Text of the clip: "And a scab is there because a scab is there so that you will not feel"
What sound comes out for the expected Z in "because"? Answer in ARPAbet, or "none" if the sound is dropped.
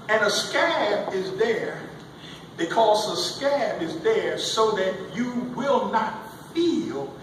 Z